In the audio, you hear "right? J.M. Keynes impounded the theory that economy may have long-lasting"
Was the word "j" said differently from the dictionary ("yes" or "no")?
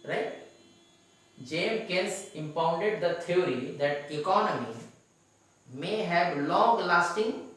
no